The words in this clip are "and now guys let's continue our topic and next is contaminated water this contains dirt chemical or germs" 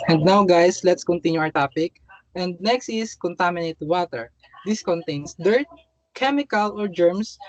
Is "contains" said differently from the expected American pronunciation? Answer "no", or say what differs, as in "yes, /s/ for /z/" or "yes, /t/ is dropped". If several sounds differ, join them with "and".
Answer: yes, /s/ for /z/